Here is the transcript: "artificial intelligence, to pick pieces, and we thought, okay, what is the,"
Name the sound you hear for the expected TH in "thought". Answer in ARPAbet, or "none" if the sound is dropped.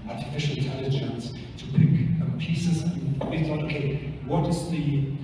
T